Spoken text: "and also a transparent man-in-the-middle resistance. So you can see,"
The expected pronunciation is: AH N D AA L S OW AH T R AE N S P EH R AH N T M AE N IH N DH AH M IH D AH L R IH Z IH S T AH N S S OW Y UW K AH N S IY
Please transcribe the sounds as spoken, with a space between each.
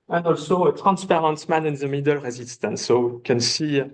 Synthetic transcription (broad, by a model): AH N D AA L S OW AH T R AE N S P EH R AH N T M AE N IH N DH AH M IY D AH L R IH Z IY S T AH N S S OW K AH N S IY